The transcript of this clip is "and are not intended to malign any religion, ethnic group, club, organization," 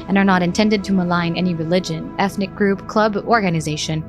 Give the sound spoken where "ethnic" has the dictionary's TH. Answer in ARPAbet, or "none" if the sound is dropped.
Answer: TH